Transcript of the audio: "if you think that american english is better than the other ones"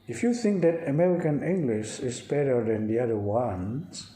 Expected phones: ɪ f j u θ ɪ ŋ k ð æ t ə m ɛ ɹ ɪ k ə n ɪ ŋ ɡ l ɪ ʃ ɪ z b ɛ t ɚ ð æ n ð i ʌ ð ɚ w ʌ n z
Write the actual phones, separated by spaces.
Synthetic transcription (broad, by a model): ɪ f j u θ ɪ ŋ k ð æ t ə m ɛ ɹ ɪ k ə n ɪ ŋ ɡ l ɪ ʃ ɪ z b ɛ t ɚ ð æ n ð i ʌ ð ɚ w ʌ n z